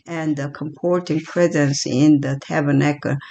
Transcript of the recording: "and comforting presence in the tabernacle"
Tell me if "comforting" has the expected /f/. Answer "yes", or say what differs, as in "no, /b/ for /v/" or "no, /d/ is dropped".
no, /p/ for /f/